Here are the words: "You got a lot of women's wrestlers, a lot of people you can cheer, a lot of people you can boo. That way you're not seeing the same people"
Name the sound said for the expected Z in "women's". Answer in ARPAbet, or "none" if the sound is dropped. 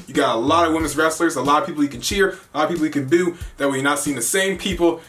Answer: Z